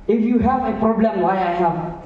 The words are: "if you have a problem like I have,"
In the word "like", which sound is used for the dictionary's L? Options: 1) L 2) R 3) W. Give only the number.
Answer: 3